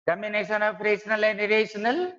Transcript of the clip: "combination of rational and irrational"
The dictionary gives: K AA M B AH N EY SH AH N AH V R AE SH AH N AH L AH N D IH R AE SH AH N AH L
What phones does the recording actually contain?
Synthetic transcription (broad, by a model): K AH M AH N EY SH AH N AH P R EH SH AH N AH L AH N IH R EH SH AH N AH L